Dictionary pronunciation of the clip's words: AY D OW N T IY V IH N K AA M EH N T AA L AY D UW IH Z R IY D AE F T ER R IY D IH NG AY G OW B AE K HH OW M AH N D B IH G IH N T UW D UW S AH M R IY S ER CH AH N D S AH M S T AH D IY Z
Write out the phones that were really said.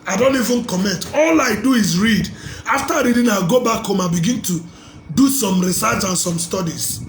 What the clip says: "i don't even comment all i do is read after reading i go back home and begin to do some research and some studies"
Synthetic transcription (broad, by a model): AY D OW N T IY V IH N K AA M EH N T AA L AY D UW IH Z R IY D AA F T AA R IY D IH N AY G OW B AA K HH OW M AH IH B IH G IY N T UW D UW S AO M R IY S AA S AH N S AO M S T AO D IY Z